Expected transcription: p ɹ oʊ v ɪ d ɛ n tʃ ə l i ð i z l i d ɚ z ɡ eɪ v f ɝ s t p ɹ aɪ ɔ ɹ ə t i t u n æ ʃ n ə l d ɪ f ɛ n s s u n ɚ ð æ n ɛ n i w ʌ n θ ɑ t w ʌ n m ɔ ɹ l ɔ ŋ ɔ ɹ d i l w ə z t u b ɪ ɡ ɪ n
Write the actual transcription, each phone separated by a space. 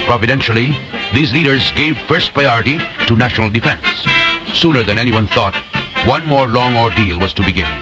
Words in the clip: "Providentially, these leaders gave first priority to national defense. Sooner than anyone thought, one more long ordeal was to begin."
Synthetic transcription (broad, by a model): p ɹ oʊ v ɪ d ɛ n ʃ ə l i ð i z l i d ɚ z ɡ eɪ v f ɝ s t p ɹ aɪ ɔ ɹ ə t i t u n æ ʃ n ə l d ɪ f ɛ n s s u n ɚ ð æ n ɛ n i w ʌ n θ ɑ t w ʌ n m ɔ ɹ l ɔ ŋ ɔ ɹ d i l w ə z t u b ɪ ɡ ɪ n